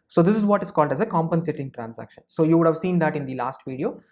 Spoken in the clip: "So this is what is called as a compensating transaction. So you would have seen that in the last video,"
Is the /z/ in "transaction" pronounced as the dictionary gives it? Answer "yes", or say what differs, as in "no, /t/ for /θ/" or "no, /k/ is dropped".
no, /s/ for /z/